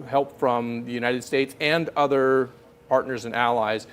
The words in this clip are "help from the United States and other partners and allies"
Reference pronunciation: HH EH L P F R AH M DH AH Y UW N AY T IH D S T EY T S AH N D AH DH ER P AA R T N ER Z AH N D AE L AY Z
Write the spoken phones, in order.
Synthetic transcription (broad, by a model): HH EH L P F R AH M DH AH Y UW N AY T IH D S T EY T S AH N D AH DH ER P AA R T N ER Z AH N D AE L AY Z